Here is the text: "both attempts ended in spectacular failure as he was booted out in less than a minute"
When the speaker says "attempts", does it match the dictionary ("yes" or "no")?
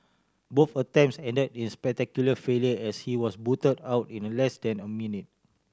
no